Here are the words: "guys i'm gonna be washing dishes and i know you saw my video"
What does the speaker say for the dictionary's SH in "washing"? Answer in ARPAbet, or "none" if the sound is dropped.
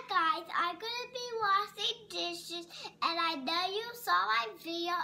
S